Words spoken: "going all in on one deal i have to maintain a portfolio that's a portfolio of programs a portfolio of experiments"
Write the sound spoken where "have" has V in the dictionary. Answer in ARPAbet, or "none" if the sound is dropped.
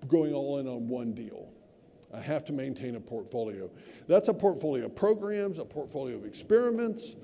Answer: F